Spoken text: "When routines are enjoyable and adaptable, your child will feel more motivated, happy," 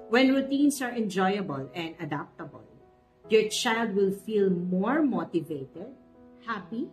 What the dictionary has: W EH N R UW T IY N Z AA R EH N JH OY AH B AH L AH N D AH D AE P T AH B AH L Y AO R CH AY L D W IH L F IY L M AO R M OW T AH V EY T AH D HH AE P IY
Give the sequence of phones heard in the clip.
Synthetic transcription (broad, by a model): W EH N R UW T IY N S AA R EH N JH OY AH B AH L AH N D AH D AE P T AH B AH L Y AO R CH AY L D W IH L F IY L M AO R M OW T AH V EY T AH D HH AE P IY